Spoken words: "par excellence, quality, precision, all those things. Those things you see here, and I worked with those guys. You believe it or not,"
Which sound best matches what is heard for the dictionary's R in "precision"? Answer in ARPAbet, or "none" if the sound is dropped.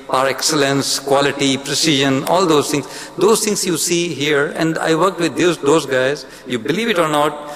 R